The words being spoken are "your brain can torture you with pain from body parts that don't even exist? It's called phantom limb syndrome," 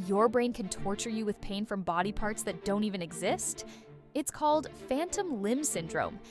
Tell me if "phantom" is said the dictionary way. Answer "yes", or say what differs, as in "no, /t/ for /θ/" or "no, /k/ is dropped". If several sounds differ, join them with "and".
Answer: yes